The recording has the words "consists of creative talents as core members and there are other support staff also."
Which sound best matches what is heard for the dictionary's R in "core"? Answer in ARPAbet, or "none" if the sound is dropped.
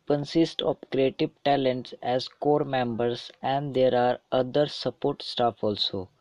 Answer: R